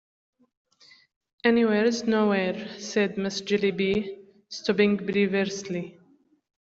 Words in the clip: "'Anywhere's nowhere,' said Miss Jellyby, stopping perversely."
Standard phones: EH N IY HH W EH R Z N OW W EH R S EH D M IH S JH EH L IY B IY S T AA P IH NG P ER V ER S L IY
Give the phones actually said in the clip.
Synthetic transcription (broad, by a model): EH N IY W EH R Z N OW W EH R S EH D M IH S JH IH L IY B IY S T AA B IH NG B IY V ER S L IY